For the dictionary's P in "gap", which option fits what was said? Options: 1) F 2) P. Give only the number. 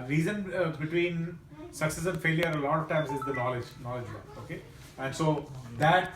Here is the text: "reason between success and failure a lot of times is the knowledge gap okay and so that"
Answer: 1